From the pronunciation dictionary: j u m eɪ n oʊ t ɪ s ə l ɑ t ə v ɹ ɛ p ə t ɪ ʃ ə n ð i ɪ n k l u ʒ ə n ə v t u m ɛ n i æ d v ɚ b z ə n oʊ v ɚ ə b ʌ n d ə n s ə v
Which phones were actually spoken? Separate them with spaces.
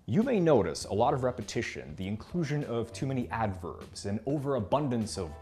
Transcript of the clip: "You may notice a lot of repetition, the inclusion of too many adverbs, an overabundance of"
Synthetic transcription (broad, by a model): j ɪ m eɪ n oʊ t ɪ s ə l ɑ t ə v ɹ ɛ p ə t ɪ ʃ ə n ð i ɪ n k l u ʒ ə n ə v t u m ɛ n i æ d v ɚ b z ə n oʊ v ɚ ə b ʌ n d ə n s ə v